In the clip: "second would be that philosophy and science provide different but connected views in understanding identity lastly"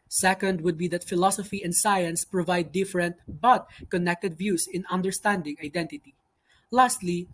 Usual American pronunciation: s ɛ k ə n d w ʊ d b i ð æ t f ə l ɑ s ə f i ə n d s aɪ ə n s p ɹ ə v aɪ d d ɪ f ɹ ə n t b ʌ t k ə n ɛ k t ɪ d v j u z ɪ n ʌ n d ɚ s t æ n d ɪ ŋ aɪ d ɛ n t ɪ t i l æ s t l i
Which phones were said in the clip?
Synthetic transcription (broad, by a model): s ɛ k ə n d w ʊ d b i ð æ t f ə l ɑ s ə f i ə n d s aɪ ə n s p ɹ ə v aɪ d d ɪ f ɹ ə n t b ʌ t k ə n ɛ k t ɪ d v j u s ɪ n ʌ n d ɚ s t æ n d ɪ ŋ aɪ d ɛ n t ɪ t i l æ s t l i